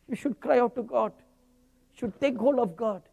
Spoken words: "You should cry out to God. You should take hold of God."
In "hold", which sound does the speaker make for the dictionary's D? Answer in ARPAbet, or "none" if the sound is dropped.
none